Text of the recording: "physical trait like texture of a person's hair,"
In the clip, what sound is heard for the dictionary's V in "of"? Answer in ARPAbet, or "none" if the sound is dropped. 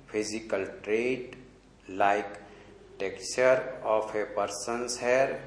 P